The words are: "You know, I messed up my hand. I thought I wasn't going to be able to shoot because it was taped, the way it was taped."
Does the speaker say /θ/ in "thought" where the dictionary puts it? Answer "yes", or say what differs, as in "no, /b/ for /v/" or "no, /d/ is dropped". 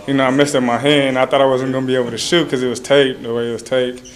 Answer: yes